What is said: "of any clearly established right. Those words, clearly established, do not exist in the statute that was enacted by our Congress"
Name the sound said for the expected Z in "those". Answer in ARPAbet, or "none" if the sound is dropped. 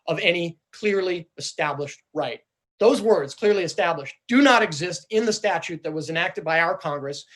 Z